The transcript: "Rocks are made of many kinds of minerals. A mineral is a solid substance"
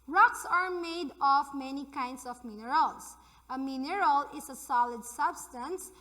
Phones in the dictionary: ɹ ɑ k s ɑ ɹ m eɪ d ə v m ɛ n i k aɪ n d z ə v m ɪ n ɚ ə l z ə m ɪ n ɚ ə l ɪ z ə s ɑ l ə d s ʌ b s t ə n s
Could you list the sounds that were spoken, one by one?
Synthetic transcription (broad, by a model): ɹ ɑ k s ɑ ɹ m eɪ d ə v m ɛ n i k aɪ n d s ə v m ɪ n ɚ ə l s ə m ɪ n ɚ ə l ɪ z ə s ɑ l ə d s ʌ b s t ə n s